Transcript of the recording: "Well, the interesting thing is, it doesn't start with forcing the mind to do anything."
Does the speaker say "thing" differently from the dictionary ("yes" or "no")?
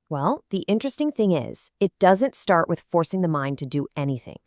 no